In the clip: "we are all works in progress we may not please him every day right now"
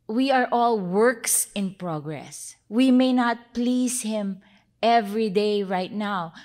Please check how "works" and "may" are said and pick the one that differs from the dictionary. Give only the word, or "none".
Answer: none